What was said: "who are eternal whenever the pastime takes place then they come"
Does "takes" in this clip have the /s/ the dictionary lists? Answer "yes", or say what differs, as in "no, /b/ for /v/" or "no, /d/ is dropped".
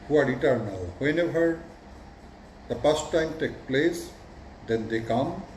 no, /s/ is dropped